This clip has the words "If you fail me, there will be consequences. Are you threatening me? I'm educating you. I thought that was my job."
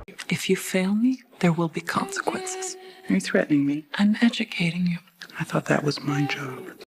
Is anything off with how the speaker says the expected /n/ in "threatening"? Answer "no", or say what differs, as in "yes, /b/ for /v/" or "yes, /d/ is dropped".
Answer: no